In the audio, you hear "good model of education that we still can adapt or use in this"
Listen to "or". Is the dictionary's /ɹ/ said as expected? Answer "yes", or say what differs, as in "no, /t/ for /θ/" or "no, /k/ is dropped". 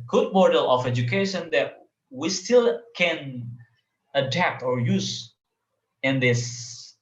yes